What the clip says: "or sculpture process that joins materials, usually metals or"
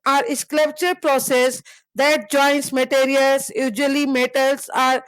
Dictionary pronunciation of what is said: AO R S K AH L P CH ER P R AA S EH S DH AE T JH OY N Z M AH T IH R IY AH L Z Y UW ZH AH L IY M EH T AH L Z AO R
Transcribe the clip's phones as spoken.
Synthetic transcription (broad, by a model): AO R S K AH P CH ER P R AA S EH S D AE T JH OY N S M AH T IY R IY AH L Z Y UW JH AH L IY M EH T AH L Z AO R